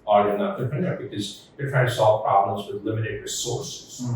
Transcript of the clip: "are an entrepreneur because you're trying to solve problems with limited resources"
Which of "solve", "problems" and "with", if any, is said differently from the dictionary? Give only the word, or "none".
none